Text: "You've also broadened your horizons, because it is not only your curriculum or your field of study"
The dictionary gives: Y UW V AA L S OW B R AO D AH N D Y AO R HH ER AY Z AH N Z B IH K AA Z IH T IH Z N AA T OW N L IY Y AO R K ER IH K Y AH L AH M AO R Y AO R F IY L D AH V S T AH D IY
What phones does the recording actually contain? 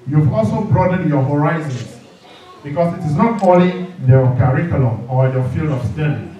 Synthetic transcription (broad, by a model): Y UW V AA L S OW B R AO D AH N Y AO HH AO AY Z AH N S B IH K AA S IH T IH S N AA T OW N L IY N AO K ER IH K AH L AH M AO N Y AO F IY L D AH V S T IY